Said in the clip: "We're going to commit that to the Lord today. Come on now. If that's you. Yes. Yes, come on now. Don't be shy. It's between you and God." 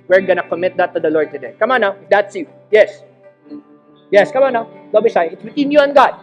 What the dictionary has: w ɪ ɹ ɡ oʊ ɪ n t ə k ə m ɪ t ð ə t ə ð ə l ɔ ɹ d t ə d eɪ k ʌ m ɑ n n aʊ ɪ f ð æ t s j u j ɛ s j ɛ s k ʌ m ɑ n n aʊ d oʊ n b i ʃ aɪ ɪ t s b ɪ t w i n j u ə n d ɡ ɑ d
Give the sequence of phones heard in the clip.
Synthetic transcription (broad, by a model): w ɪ ɹ ɡ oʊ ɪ n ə k ə m ɪ t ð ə t ə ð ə l ɔ ɹ d t ə d eɪ k ʌ m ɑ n n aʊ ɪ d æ t s j u j ɛ s j ɛ s k ʌ m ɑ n n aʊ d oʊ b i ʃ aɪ ɪ t s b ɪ t w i n j u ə n ɡ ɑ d